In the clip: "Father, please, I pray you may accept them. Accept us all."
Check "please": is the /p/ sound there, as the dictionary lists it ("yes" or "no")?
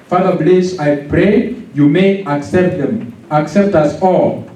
no